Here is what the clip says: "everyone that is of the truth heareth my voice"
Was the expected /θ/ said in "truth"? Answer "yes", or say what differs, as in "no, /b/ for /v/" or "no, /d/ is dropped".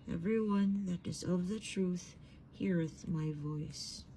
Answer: yes